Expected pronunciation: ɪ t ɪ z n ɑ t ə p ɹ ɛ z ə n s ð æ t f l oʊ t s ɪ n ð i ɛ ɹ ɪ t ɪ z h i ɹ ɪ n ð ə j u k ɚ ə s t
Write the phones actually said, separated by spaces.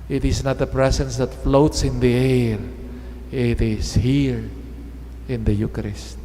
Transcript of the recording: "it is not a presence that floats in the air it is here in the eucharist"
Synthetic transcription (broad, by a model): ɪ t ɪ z n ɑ t ə p ɹ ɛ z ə n s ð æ t f l oʊ t s ɪ n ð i ɛ ɹ ɪ t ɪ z h i ɹ ɪ n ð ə j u k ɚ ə s t